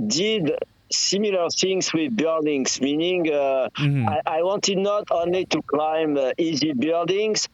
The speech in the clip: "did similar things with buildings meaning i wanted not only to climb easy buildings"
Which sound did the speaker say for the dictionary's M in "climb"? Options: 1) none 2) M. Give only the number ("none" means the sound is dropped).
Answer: 2